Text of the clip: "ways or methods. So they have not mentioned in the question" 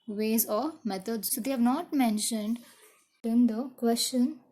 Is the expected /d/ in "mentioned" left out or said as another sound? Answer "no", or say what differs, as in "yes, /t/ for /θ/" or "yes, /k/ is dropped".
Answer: no